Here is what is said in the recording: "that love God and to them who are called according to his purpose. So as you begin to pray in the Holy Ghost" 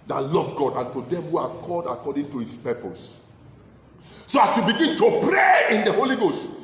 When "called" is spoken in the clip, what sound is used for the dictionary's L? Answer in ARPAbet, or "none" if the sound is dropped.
none